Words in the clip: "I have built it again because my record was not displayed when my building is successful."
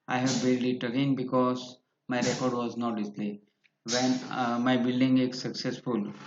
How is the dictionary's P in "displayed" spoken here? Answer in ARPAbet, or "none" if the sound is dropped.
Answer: none